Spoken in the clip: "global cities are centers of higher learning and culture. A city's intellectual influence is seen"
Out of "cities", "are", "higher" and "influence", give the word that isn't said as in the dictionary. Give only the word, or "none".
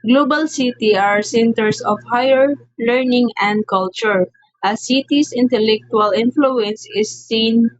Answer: cities